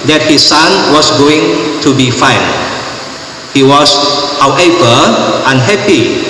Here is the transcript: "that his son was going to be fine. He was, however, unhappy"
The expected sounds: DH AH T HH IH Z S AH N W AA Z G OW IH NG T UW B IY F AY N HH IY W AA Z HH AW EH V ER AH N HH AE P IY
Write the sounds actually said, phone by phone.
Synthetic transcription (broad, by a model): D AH T HH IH S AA N W AA S G OW IH NG T UW B IY F AY N HH IY W AA S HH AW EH P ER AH N HH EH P IY